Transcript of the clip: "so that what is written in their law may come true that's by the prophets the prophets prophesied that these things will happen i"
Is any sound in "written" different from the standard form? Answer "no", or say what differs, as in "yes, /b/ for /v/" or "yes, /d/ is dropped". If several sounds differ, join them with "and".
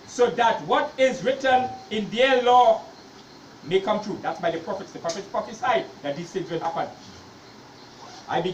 no